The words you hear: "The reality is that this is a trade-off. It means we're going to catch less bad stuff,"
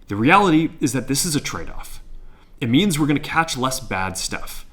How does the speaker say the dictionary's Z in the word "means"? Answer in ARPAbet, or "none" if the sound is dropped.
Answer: Z